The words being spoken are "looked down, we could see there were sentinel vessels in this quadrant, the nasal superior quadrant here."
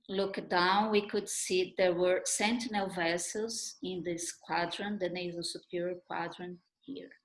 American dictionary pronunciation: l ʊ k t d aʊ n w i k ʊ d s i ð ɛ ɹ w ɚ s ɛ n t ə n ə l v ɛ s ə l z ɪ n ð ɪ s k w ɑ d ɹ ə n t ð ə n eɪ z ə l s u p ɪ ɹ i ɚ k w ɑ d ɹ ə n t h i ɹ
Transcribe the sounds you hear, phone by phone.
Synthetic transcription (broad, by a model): l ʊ k d aʊ n w i k ʊ d s i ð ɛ ɹ w ɚ s ɛ n t ə n ə l v ɛ s ə l z ɪ n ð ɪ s k w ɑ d ɹ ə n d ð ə n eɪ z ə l s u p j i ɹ k w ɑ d ɹ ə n h i ɹ